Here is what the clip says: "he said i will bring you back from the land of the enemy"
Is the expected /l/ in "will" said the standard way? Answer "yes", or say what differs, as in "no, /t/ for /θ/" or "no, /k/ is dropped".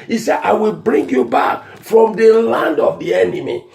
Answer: yes